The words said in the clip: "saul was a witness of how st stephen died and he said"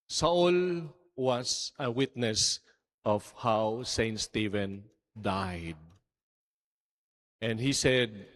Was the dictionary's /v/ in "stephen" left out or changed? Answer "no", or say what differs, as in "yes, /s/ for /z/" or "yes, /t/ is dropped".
no